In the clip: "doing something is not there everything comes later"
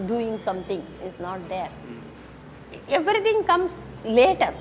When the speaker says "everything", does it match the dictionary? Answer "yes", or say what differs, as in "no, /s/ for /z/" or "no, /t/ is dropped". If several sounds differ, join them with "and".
no, /t/ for /θ/